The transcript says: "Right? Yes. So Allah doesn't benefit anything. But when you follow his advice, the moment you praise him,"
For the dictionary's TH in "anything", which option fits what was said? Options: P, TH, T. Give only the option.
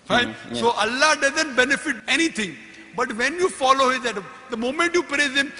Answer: T